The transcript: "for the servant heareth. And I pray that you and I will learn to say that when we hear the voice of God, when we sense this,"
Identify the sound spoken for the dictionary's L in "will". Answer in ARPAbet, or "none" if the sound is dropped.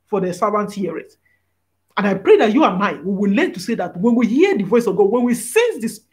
W